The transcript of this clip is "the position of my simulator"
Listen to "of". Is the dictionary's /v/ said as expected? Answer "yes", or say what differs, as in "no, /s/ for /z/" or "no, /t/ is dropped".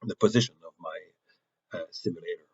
yes